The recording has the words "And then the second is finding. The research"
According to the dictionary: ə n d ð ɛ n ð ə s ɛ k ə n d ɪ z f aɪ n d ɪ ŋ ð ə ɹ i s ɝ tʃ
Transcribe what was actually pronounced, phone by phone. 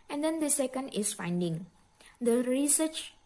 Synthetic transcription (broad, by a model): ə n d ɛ n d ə s ɛ k ə n d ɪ s f aɪ n d ɪ ŋ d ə ɹ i s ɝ tʃ